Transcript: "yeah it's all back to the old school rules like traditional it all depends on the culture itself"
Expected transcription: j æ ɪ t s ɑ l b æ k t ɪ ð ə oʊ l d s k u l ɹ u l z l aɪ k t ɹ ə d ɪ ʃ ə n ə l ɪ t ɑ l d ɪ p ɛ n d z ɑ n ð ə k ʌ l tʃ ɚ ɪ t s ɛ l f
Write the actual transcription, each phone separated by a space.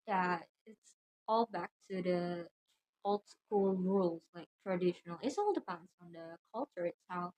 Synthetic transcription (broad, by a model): j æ ɪ t s ɑ l b æ k t ɪ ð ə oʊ l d s k u l ɹ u l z l aɪ k t ɹ ə d ɪ ʃ ə n ə l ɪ t ɑ l d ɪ p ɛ n d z n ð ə k ʌ l tʃ ɚ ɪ t s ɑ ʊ